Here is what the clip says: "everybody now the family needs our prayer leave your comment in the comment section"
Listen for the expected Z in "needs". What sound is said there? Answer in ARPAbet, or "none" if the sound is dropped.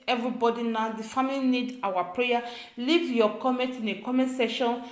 none